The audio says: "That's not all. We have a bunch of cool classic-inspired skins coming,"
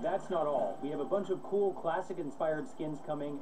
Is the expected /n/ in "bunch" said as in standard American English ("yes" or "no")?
yes